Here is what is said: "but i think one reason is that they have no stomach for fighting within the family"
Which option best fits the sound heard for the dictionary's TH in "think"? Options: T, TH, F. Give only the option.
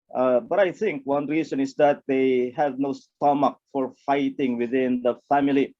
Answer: T